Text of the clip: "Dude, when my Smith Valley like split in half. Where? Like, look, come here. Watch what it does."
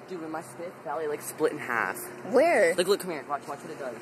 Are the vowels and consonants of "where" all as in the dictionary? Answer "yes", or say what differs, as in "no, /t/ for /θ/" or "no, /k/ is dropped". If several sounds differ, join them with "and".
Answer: yes